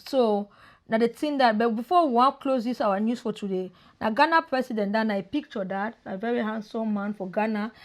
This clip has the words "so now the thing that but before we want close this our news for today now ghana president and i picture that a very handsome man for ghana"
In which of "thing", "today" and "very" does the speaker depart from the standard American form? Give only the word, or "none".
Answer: thing